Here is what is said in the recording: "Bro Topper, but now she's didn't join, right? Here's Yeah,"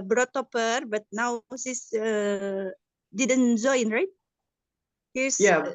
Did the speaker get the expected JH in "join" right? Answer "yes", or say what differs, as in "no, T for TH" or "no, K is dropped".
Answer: no, Z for JH